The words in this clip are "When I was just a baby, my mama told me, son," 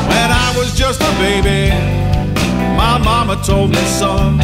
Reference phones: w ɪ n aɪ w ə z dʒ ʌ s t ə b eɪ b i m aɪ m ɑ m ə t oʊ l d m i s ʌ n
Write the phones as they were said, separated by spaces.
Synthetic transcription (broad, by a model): w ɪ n aɪ w ə z dʒ ʌ s t ə b eɪ b i m aɪ m ɑ m ə t oʊ l d m i s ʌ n